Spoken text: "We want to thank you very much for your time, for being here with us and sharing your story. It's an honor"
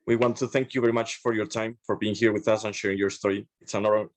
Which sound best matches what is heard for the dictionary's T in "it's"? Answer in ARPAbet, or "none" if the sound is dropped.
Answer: T